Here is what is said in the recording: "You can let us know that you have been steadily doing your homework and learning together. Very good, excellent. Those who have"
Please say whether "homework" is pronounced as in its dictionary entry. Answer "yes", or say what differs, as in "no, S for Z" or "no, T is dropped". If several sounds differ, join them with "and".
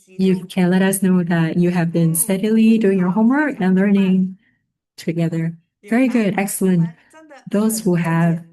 yes